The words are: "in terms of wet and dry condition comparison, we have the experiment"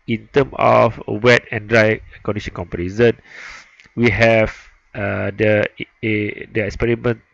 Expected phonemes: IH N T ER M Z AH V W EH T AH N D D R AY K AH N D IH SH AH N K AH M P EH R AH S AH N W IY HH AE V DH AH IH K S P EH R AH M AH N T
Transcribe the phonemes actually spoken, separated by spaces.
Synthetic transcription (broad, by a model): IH N T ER M AH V W EH T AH N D D R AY K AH N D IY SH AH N K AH M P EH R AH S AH N W IY HH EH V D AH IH K S P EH R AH M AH N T